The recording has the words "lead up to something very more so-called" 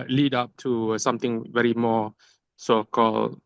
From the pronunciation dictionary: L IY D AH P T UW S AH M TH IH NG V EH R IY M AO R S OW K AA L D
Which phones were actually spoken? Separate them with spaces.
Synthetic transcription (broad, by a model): L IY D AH P T UW S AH M T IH NG V EH R IY M AO S OW K AA L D